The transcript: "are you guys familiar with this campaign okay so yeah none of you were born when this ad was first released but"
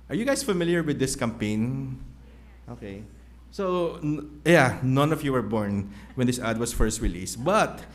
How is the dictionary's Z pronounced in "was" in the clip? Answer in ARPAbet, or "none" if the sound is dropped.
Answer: S